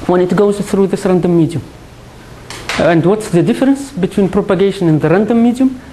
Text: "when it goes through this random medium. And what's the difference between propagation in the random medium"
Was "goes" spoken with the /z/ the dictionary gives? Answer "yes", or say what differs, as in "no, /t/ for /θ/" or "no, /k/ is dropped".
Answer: yes